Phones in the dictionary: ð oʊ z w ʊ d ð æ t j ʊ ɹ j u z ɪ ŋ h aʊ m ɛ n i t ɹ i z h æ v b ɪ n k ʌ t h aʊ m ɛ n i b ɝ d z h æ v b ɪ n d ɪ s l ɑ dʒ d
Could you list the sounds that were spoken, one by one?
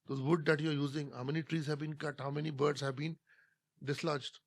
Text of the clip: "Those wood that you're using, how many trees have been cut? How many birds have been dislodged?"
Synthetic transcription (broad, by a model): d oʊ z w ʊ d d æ t j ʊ ɹ j u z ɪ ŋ h aʊ m ɛ n i t ɹ i z h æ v b ɪ n k ʌ t h aʊ m ɛ n i b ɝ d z h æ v b ɪ n d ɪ s l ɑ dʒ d